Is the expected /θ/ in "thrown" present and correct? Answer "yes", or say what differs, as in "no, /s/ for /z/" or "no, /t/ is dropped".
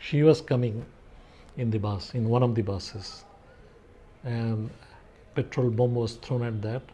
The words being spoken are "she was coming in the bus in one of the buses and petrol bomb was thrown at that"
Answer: no, /t/ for /θ/